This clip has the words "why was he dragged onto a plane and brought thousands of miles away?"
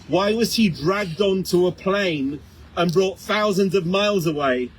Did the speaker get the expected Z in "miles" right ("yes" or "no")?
yes